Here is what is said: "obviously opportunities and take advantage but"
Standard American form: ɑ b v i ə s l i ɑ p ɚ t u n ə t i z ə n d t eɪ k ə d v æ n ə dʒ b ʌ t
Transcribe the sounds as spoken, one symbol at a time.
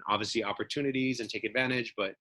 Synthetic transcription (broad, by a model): ɑ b v i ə s l i ɑ p ɚ t u n ə t i z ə n t eɪ k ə d v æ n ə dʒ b ʌ t